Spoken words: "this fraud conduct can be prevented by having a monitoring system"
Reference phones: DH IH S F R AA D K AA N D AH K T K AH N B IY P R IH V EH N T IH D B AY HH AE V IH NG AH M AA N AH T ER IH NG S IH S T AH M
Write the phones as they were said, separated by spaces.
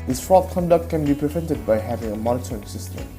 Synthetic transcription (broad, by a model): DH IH S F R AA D K AA N D AH K T K AH N B IY P R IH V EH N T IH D B AY HH AE V IH NG AH M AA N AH T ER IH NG S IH S T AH M